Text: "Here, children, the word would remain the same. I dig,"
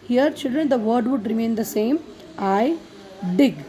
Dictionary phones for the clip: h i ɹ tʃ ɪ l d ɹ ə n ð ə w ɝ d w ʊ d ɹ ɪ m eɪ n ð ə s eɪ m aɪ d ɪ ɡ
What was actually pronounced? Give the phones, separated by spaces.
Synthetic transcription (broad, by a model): h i ɹ tʃ ɪ l d ɹ ə n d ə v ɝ d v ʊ d ɹ ɪ m eɪ n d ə s eɪ m aɪ d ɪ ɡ